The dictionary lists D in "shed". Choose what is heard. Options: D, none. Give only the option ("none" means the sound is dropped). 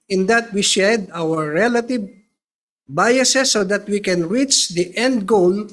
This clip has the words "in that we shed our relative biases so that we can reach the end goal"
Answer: D